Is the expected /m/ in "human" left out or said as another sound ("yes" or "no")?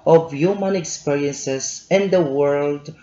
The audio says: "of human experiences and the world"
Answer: no